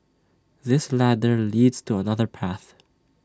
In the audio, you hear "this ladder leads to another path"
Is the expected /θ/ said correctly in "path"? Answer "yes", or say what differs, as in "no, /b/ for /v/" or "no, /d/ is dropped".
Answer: yes